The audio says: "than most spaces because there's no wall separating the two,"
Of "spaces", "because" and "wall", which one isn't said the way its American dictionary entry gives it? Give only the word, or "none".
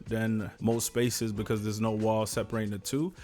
none